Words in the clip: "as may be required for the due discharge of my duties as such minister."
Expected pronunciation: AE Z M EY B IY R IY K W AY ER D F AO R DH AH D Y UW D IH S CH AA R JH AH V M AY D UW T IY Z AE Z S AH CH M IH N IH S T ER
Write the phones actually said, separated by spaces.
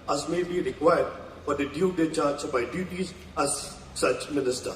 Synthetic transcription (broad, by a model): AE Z M EY B IY R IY K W AY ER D F AO R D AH D Y UW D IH CH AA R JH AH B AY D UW T IY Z AE Z S AH CH M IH N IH S T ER